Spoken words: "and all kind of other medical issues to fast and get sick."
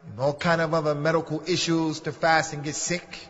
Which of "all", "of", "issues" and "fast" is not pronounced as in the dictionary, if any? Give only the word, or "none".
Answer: none